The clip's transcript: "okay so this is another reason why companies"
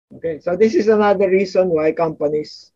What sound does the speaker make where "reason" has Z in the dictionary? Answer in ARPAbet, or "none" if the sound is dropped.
S